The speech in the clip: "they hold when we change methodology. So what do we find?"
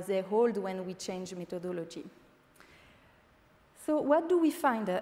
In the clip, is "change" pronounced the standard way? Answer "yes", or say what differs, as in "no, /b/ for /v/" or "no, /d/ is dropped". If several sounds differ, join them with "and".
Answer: yes